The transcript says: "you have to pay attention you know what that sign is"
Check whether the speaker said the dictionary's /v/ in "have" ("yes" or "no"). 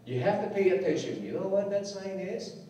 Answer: no